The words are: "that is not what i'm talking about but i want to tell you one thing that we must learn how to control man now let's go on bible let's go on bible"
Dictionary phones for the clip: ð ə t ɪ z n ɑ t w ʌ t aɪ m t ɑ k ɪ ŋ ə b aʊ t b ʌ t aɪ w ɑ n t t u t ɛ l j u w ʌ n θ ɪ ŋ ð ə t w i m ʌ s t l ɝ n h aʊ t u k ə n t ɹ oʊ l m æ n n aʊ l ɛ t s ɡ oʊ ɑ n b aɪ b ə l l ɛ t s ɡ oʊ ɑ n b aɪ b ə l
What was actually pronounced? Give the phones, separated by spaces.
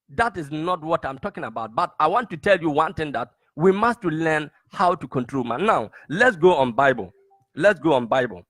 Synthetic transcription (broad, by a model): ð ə t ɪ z n ɑ t w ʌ t aɪ m t ɑ k ɪ ŋ ə b aʊ t b ʌ t aɪ w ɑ n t t u t ɛ l j u w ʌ n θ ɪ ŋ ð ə t w i m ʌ s t l ɝ n h aʊ t u k ə n t ɹ oʊ l m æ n n aʊ l ɛ t s ɡ oʊ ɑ n b aɪ b ə l l ɛ t s ɡ oʊ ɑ n b aɪ b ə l